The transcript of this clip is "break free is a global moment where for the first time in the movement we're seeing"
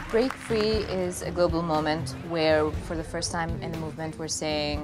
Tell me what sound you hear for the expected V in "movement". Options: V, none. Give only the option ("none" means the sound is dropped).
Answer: V